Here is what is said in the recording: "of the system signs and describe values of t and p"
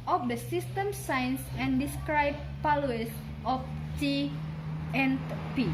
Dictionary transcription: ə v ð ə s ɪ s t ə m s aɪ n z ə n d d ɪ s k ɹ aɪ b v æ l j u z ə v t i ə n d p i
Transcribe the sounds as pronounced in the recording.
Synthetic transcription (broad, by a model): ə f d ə s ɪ s t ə m s aɪ n s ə n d d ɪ s k ɹ aɪ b p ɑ l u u s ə f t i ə n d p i